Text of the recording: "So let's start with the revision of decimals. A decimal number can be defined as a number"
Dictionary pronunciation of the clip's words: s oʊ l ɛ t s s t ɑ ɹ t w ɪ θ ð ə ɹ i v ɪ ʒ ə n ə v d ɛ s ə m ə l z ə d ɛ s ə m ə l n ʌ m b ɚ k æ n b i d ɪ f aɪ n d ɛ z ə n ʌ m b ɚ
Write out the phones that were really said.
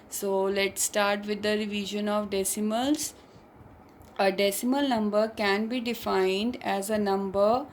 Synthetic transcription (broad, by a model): s oʊ l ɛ t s s t ɑ ɹ t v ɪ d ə ɹ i v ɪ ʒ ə n ə v d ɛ s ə m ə l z ə d ɛ s ə m ə l n ʌ m b ɚ k æ n b i d ɪ f aɪ n d ɛ z ə n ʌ m b ɚ